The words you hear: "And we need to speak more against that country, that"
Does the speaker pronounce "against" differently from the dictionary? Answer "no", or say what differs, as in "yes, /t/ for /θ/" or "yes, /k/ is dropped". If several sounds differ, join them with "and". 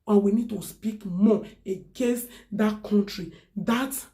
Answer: yes, /n/ is dropped